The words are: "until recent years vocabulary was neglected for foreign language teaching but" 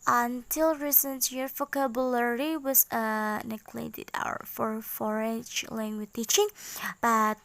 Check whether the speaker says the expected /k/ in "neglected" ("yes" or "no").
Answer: no